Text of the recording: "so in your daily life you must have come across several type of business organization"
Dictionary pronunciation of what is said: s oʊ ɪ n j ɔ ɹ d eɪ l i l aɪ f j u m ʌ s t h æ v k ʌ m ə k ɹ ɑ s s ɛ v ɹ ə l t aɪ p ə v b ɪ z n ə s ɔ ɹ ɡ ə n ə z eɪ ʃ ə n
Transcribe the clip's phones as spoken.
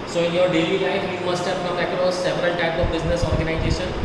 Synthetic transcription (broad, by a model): s oʊ ɪ n j ɔ ɹ d eɪ l i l aɪ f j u m ʌ s t h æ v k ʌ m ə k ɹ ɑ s s ɛ v ɹ ə l t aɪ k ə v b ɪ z n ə s ɔ ɹ ɡ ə n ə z eɪ ʃ ə n